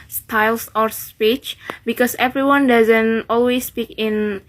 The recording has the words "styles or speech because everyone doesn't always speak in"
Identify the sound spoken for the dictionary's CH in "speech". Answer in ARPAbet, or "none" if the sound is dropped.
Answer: CH